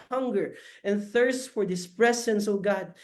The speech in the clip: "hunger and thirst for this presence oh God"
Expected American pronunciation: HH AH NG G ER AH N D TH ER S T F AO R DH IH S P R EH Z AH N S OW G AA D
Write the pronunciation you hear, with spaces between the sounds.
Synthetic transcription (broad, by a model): HH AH NG G ER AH N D TH ER S T F AO R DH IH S P R EH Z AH N S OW G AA D